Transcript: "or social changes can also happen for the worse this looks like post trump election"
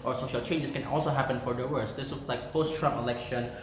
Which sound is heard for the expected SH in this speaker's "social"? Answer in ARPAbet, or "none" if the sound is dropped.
SH